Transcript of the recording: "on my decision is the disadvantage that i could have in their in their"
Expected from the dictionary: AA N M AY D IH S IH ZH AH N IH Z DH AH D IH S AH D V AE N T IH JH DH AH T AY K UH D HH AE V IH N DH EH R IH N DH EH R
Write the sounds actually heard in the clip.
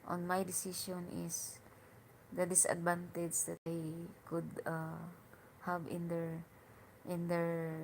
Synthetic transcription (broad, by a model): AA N M AY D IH S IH SH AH N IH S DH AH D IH S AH D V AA N T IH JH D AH T AY K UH D HH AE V IH N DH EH R IH N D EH R